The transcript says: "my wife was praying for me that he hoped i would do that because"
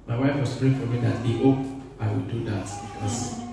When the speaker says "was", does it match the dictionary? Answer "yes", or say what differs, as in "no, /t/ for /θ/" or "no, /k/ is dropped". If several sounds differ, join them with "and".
no, /s/ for /z/